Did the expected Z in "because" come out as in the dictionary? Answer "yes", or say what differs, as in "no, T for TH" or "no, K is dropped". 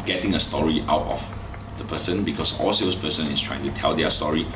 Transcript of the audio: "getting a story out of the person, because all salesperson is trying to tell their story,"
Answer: no, S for Z